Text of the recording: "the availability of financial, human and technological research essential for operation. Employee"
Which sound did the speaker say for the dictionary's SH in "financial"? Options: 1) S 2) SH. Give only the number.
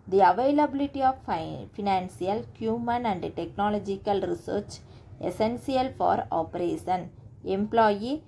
1